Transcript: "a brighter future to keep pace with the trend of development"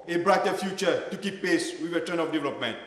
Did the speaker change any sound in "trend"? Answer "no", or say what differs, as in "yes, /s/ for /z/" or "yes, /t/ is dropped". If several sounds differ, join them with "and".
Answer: yes, /d/ is dropped